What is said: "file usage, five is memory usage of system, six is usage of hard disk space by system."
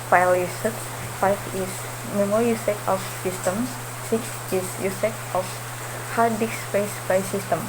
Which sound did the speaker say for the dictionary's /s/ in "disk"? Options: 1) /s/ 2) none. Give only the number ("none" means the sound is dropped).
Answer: 2